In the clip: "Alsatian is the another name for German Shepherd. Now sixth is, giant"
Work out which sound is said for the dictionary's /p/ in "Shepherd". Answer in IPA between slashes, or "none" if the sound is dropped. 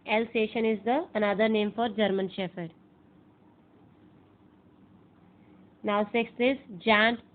/f/